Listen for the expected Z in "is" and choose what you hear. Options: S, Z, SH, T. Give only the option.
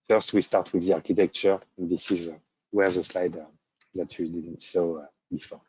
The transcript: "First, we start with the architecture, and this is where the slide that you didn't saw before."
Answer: Z